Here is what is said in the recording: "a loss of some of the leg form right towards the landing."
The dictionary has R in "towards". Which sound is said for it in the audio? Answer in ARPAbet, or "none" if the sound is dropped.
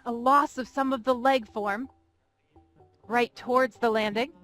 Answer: R